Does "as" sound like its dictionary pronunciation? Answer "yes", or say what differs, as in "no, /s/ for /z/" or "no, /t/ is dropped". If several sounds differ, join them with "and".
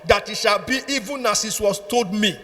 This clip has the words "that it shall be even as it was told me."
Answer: no, /s/ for /z/